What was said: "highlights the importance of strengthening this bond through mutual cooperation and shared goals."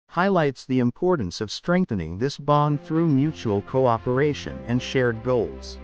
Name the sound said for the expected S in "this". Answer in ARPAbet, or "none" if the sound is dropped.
S